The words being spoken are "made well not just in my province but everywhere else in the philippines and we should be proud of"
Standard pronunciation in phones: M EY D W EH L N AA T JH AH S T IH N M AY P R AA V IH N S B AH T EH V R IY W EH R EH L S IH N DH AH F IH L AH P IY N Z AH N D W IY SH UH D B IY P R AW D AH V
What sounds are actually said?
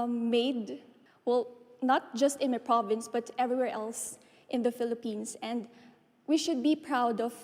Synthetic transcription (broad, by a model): M EY D W EH L N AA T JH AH S T IH N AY P R AA V IH N S B AH T EH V R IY W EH R EH L S IH N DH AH F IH L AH P IY N S AH N D W IY SH UH D B IY P R AW D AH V